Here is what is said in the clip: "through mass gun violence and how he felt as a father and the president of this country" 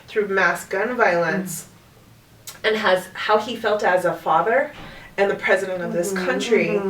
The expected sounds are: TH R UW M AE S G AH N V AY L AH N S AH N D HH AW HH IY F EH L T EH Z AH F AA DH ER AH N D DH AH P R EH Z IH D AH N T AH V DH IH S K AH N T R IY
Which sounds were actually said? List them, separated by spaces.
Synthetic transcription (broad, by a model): TH R UW M AE S G AH N V AY L AH N S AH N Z HH AW IY F EH L T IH Z AH F AA DH ER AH N DH AH P R EH Z IH D AH N T AH V DH IH S K AH N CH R IY